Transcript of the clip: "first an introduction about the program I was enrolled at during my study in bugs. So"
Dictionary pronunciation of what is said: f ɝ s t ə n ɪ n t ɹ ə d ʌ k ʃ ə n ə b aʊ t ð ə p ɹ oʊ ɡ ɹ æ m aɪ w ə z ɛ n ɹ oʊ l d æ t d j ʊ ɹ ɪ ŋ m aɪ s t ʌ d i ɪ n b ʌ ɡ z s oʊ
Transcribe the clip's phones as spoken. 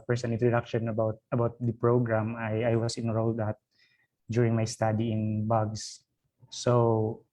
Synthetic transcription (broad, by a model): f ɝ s ə n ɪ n t ɹ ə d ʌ k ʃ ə n ə b aʊ t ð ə p ɹ oʊ ɡ ɹ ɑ m aɪ w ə s ɛ n ɹ oʊ l d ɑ t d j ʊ ɹ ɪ ŋ m aɪ s t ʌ d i ɪ n b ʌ ɡ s s oʊ